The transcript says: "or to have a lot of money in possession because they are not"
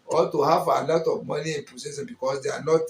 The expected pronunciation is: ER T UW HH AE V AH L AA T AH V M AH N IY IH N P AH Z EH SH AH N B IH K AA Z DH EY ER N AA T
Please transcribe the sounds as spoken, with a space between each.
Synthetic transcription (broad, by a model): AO T UW HH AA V AH L AA T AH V M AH N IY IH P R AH S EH S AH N B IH K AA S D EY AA N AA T